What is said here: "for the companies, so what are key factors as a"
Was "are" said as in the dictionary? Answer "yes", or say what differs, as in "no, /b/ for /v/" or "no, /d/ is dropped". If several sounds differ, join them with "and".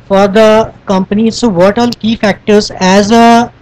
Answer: no, /l/ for /ɹ/